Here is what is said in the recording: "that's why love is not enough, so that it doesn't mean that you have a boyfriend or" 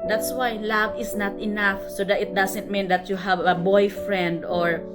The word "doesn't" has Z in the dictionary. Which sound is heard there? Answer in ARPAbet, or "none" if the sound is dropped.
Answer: S